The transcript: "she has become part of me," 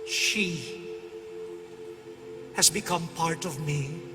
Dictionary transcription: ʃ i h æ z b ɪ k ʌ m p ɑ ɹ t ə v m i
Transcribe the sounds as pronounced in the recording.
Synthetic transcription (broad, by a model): ʃ i h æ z b ɪ k ʌ m p ɑ ɹ t ə v m i